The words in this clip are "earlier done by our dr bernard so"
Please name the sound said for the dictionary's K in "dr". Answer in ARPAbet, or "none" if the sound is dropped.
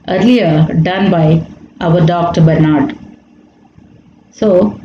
K